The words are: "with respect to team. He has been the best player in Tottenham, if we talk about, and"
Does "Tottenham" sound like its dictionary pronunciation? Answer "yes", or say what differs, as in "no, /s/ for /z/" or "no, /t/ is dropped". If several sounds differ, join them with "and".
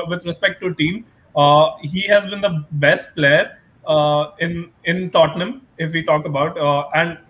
yes